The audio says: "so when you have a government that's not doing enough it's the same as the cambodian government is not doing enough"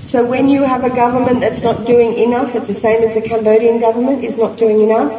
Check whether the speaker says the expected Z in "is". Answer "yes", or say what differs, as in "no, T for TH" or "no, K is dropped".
yes